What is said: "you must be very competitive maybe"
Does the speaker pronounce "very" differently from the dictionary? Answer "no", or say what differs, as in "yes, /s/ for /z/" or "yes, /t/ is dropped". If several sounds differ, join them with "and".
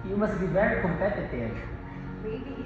yes, /b/ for /v/